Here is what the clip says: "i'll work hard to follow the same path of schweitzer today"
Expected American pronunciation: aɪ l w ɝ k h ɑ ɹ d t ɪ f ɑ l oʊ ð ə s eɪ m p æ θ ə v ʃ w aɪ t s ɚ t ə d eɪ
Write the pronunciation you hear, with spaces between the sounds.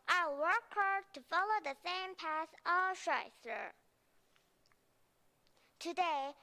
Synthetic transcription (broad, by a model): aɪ w ɝ k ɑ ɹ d t ɪ f ɑ l oʊ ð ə s eɪ m p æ s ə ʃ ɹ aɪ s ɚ t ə d eɪ